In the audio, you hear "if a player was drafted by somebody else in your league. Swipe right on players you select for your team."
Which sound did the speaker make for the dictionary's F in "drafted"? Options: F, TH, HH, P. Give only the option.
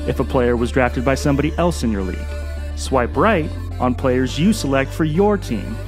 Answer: F